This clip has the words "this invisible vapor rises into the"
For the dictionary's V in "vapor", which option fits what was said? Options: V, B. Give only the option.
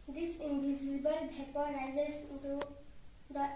B